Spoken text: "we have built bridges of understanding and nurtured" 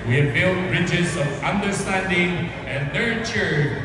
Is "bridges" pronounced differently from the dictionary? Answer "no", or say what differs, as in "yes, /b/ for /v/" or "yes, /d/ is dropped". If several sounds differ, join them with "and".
no